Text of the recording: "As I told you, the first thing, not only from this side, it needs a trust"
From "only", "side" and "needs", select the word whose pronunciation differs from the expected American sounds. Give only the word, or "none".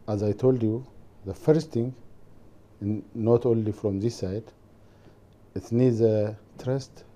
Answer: none